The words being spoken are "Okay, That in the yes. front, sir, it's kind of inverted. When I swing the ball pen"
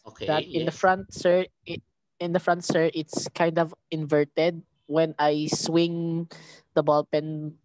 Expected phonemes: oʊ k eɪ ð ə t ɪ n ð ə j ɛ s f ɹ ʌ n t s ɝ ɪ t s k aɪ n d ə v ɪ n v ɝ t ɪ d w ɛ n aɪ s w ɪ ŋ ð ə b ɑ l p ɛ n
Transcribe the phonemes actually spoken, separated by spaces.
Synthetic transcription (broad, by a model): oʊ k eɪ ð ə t ɪ n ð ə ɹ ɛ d f ɹ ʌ n t s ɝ ɪ t s k aɪ n d ə v ɪ n v ɝ t ɪ d w ɛ n aɪ s w ɪ ŋ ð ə b ɑ l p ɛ n